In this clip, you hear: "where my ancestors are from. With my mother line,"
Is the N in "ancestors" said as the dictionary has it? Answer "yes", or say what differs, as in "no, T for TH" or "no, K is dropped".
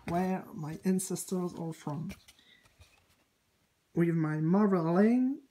yes